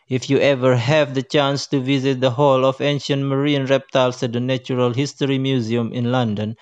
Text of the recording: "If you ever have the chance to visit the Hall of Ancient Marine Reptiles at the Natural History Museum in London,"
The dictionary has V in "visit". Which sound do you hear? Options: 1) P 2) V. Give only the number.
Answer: 2